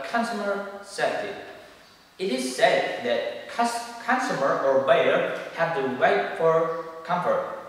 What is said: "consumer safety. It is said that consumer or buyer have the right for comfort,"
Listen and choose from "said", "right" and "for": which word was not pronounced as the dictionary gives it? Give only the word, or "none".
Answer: right